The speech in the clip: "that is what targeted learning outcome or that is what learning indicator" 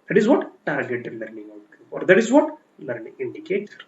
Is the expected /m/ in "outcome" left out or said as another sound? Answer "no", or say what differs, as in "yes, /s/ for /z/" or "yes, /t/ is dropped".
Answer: yes, /m/ is dropped